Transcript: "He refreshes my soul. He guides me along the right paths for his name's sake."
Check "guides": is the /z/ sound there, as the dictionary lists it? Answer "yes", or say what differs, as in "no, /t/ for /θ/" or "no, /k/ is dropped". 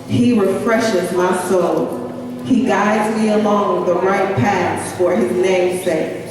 yes